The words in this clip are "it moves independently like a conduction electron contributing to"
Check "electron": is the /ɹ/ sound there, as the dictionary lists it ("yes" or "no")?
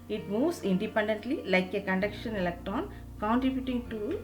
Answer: no